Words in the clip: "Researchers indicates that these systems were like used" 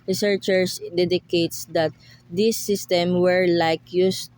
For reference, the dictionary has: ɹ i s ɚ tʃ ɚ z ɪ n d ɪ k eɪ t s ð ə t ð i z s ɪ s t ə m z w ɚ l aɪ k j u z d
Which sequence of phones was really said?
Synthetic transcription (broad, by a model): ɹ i s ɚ tʃ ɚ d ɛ d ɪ k eɪ t s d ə t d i s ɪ s t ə m w ɚ l aɪ k j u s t